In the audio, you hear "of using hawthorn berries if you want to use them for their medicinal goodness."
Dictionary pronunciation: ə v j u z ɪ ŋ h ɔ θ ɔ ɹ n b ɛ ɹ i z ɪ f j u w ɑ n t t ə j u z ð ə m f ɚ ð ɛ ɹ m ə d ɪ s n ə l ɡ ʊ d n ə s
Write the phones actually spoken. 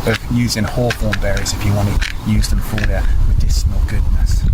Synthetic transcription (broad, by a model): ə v j u z ɪ ŋ h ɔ f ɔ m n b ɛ ɹ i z ɪ f j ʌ w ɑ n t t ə j u z ð ə m f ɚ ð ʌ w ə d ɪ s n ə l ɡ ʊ d n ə s